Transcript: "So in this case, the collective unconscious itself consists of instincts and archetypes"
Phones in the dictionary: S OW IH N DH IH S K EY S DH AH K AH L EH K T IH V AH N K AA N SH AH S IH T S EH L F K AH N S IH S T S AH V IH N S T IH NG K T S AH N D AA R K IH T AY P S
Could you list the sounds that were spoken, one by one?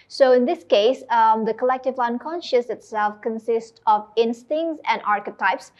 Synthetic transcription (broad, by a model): S OW IH N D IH S K EY S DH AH K AH L EH K T IH V AH N K AA N SH AH S IH T S EH L F K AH N S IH S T AH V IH N S T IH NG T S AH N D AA R K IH T AY P S